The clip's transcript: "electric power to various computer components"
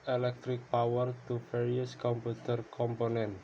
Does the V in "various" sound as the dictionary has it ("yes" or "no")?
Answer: no